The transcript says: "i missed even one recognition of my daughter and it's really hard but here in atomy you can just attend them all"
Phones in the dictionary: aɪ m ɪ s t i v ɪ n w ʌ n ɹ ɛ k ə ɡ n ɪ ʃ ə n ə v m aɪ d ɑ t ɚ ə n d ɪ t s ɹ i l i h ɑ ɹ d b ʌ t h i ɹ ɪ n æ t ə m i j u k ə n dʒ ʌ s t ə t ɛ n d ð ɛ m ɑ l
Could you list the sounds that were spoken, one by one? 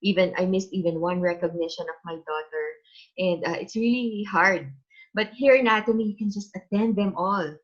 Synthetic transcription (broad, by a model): aɪ m ɪ s t i v ɪ n w ʌ n ɹ ɛ k ə ɡ n ɪ ʃ ə n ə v m aɪ d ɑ t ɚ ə n d ɪ t s ɹ i l i h ɑ ɹ d b ʌ t h i ɹ ɪ n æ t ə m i j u k ə n dʒ ʌ s t ə t ɛ n d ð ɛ m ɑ l